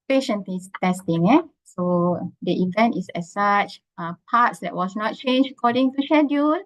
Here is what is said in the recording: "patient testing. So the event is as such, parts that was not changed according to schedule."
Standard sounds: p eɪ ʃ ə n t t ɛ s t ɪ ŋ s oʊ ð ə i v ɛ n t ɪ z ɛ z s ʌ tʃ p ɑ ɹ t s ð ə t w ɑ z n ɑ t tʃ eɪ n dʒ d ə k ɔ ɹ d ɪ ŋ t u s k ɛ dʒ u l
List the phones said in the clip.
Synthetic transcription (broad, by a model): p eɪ ʃ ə n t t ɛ s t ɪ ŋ s oʊ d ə i v ɛ n t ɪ s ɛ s s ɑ tʃ p ɑ t s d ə t w ɑ s n ɑ t tʃ eɪ n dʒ ə k ɔ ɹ d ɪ ŋ t u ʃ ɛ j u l